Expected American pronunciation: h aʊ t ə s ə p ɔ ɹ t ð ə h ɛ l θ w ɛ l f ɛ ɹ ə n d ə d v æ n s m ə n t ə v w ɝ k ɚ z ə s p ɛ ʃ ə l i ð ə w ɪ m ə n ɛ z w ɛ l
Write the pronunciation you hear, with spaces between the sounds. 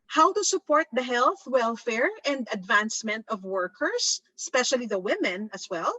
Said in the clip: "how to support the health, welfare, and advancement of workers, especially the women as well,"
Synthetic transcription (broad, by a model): h aʊ t ə s ə p ɔ ɹ t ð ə h ɛ l θ w ɛ l f ɛ ɹ ə n d ə d v æ n s m ə n t ə v w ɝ k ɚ s ə s p ɛ ʃ ə l i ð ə w ɪ m ə n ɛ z w ɛ l